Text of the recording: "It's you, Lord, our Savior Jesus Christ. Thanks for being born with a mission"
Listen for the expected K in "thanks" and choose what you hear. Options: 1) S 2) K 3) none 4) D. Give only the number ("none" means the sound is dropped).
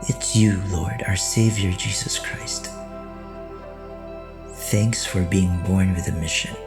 2